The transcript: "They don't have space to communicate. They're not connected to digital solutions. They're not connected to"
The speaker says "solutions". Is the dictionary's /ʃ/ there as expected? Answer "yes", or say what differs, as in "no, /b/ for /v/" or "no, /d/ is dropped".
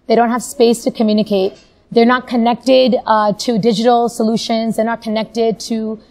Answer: yes